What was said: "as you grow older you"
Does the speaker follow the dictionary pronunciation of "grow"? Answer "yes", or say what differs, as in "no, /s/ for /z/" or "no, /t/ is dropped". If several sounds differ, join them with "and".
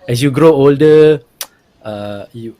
yes